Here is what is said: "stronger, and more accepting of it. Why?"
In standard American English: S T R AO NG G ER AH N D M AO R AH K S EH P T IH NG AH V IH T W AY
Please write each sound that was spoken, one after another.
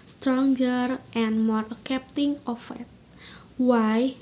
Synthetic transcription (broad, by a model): S T R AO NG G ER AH N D M AO R K EH P T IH NG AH F IH T W AY